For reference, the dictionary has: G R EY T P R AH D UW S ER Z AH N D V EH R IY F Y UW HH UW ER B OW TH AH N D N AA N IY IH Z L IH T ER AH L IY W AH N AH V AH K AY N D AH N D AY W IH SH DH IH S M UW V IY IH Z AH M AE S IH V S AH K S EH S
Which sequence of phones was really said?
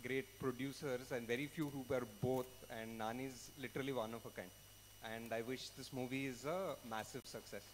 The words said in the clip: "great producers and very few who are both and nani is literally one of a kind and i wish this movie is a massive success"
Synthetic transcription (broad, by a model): G R EY T P R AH D UW S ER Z AH N D V EH R IY F Y UW HH UW ER B OW T AH N D N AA N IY IH Z L IH T ER AH L IY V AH N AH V AH K AY N D AH N D AY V IH SH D IH S M UW V IY IH Z AH M AE S IH V S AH K S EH S